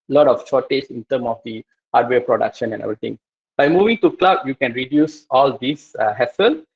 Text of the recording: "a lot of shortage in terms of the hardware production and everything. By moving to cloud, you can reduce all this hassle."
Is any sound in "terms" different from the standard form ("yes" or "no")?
yes